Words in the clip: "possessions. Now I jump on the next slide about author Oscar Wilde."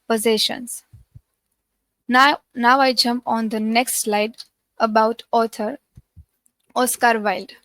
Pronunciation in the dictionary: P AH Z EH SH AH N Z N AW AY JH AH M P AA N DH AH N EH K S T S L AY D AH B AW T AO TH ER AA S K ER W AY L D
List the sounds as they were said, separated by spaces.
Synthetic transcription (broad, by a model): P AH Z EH SH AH N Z N AW AY JH AH M P AA N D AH N EH K S T S L AY D AH B AW T AO T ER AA S K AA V AY L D